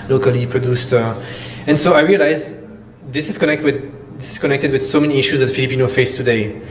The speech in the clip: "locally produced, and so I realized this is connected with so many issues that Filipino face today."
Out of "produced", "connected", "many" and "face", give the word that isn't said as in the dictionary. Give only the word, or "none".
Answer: none